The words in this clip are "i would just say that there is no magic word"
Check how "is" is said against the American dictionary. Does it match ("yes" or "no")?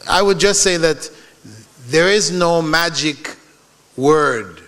yes